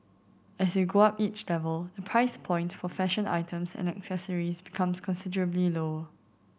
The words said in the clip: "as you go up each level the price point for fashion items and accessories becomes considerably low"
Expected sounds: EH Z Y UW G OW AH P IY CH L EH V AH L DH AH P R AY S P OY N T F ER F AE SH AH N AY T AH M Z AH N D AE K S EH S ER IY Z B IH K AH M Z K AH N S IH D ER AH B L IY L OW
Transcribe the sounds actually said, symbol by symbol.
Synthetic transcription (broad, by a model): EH S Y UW G OW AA P IY CH L EH V AH L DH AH P R AY S P OY N T F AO F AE SH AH N AY T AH M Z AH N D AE K S EH S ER IY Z B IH K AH M S K AH N S IH D ER AH B L IY L OW